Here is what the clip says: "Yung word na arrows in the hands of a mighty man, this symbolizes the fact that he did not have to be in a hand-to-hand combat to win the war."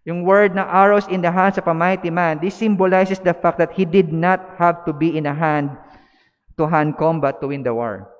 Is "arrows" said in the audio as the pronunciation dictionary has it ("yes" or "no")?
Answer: no